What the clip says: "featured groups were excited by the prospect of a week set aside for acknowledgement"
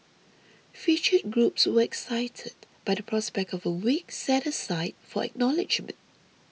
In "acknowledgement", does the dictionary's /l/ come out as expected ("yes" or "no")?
yes